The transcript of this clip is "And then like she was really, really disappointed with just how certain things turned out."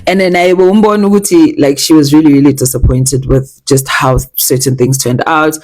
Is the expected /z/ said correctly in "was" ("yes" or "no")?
yes